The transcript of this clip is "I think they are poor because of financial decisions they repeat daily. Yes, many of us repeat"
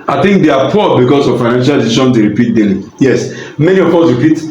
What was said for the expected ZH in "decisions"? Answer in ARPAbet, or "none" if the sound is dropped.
SH